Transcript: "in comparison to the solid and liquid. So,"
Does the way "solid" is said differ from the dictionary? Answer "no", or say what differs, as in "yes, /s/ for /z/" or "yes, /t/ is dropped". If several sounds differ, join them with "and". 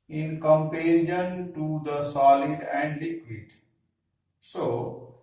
no